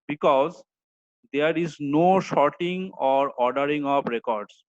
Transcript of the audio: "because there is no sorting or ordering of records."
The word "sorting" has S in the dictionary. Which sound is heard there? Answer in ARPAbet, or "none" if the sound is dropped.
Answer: SH